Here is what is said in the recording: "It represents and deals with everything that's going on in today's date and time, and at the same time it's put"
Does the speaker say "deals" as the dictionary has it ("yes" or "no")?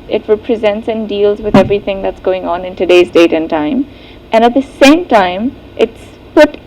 yes